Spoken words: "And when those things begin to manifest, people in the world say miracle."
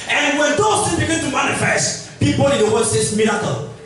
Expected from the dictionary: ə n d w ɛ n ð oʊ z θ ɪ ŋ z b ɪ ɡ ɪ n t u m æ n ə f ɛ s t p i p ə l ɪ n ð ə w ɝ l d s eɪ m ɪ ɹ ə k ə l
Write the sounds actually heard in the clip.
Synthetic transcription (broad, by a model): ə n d w ɛ n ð oʊ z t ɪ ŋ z b ɪ ɡ ɪ n t u m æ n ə f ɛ s t p i p ə l ɪ n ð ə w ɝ d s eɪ m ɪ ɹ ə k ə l